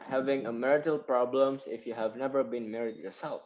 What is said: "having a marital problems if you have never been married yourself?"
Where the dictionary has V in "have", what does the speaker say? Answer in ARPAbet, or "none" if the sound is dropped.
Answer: V